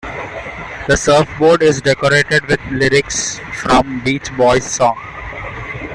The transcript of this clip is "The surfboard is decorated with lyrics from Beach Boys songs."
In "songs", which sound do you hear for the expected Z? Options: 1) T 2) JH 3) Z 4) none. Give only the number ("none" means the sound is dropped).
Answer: 4